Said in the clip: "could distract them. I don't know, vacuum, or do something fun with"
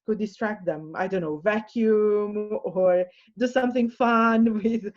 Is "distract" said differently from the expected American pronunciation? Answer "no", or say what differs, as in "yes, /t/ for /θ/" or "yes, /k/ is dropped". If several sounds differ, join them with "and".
no